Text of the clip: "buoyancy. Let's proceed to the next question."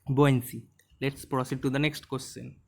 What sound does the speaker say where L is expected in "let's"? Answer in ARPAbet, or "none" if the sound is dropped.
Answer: L